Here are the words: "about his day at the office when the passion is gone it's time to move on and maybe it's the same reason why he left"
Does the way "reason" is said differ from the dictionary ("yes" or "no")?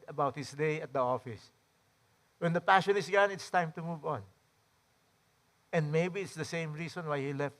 yes